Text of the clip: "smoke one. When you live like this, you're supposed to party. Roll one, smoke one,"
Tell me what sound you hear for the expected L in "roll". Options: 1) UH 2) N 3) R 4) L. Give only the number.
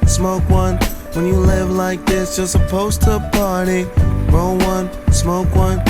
2